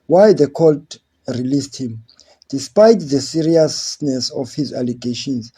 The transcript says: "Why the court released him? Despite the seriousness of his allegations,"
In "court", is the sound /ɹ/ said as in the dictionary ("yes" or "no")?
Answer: no